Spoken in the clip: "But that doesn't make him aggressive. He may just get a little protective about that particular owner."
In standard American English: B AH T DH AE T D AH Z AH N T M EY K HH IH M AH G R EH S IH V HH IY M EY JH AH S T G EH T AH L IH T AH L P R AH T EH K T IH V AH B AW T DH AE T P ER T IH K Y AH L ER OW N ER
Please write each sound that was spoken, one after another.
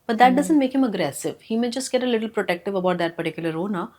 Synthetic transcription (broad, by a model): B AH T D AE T D AH Z AH N T M EY K HH IH M AH G R EH S IH V HH IY M EY JH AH S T G EH T AH L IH T L P R AH T EH K T IH V AH B AW T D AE T P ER T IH K Y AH L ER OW N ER